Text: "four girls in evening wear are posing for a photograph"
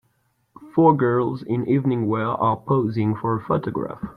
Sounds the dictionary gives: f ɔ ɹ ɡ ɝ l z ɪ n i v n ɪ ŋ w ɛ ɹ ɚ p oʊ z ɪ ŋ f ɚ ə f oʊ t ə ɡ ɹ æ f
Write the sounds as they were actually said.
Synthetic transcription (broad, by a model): f ɔ ɹ ɡ ɝ l z ɪ n i v n ɪ ŋ w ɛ l ɚ p oʊ z ɪ ŋ f ɚ ə f oʊ t ə ɡ ɹ æ f